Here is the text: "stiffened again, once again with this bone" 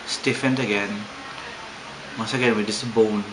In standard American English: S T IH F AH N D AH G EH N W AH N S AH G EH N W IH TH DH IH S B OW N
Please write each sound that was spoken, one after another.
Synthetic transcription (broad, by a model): S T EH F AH N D AH G EH N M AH S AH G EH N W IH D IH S B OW N